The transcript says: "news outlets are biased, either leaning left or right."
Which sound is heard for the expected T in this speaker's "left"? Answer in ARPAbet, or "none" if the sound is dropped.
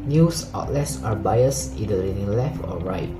T